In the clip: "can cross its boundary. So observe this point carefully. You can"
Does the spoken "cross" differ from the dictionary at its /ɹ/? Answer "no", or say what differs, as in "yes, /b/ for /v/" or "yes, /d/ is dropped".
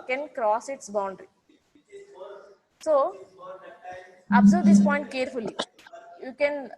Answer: no